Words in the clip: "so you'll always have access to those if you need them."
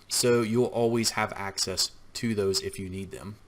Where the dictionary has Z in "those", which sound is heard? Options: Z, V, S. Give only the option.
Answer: Z